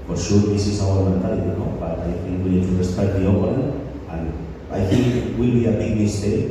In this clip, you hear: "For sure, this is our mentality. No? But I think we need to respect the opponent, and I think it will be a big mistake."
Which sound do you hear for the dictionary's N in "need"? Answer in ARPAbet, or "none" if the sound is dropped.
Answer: L